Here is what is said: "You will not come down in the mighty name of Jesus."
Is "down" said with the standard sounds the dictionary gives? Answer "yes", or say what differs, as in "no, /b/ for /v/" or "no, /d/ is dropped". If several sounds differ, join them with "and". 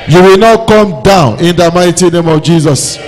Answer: yes